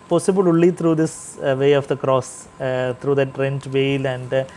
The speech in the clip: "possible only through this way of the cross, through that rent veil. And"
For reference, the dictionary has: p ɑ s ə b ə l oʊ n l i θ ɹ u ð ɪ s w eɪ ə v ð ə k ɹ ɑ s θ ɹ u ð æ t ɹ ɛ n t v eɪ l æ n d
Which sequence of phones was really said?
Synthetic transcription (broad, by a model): p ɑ s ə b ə l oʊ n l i t ɹ u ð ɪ s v eɪ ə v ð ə k ɹ ɑ s t ɹ u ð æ t ɹ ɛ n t v eɪ l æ n d